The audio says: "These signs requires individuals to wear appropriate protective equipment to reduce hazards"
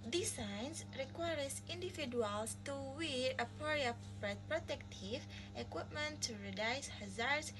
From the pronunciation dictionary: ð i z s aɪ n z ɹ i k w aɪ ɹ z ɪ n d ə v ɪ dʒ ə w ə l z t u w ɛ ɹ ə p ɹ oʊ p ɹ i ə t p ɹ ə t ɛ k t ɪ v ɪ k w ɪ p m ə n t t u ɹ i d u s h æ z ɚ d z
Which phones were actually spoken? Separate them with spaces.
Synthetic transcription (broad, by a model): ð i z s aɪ n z ɹ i k w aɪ ɹ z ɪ n d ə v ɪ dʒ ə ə l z t u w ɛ ɹ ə p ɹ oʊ ɹ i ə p p ɹ ə t ɛ k t ɪ v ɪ k w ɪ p m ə n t t u ɹ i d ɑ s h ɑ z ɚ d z